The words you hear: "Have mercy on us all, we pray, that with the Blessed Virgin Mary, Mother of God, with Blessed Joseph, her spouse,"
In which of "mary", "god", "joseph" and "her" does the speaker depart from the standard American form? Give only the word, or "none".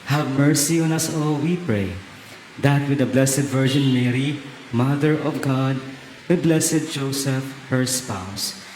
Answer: none